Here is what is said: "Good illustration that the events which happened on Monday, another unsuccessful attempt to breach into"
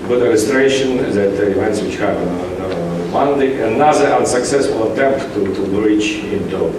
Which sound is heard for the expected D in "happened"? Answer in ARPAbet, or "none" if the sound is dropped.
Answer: none